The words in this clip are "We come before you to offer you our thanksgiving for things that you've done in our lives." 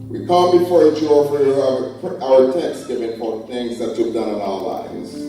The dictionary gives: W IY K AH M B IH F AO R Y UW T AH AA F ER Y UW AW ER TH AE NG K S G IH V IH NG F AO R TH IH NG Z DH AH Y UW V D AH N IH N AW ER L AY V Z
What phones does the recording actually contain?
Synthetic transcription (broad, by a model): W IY K AH M B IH F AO R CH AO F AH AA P AW ER T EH K S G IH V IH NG P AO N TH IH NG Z DH AH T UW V D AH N IH N AW ER L AY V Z